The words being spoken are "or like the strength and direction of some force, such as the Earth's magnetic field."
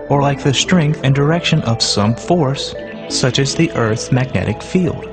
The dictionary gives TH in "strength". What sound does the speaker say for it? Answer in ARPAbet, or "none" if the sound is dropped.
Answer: TH